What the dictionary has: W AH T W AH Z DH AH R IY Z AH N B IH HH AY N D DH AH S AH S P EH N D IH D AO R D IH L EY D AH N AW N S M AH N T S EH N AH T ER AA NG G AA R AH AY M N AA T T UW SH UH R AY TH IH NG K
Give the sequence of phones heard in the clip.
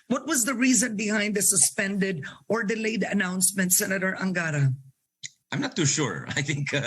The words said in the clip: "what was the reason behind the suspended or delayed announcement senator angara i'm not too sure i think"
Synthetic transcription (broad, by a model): W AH T W AH Z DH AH R IY Z AH N B IH HH AY N D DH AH S AH S P EH N D IH D AO R D IH L EY D AH N AW N S M AH N T S EH N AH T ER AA NG G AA R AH AY M N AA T T UW SH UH R AY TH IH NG K